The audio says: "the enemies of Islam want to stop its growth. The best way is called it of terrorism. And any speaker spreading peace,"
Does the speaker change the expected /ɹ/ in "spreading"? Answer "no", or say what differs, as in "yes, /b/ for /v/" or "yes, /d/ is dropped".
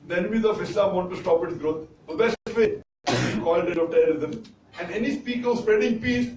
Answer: no